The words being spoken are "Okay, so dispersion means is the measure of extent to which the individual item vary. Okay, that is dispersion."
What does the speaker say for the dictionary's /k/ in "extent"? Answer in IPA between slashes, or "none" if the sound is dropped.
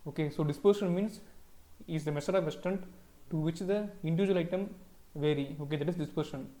none